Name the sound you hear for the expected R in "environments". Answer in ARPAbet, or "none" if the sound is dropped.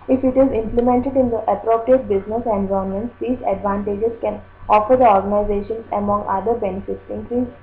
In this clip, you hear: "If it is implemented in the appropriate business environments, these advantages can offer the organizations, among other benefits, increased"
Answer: none